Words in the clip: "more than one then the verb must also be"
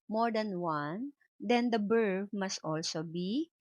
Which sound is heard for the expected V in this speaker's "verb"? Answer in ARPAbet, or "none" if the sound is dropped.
B